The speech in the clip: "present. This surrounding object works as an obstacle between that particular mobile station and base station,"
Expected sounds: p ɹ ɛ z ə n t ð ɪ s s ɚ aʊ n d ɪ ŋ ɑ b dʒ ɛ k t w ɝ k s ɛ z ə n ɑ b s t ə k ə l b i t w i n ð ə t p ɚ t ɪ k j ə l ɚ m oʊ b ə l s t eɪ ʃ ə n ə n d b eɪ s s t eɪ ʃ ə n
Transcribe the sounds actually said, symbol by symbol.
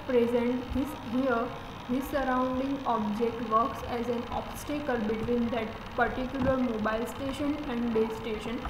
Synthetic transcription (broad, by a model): p ɹ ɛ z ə n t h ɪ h s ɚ aʊ n d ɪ ŋ ɑ b dʒ ɛ k t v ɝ k s ɛ z ə n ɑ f s t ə k ə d b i t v i n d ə t p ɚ t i k j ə l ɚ m oʊ b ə l s t eɪ ʃ ə n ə n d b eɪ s s t eɪ ʃ ə n